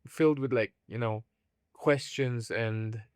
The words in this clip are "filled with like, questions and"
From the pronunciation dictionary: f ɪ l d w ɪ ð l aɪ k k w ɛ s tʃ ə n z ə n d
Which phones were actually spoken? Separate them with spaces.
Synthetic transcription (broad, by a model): f ɪ l d w ɪ ð l aɪ k k w ɛ s tʃ ə n z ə n